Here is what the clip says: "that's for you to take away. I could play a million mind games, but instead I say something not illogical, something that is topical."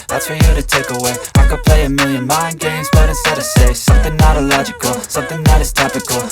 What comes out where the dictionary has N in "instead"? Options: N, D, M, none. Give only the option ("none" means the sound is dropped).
none